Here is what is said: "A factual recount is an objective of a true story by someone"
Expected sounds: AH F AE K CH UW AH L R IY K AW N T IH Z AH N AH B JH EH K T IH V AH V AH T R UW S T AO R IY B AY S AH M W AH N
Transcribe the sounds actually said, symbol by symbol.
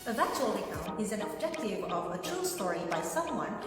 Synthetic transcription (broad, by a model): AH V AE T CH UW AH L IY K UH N IH Z AH N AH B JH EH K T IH AH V AH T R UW S T AO R IY B AY S AH M W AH N